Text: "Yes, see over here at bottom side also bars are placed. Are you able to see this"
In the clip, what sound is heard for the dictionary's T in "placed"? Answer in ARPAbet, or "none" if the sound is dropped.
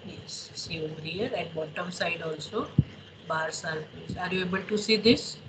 none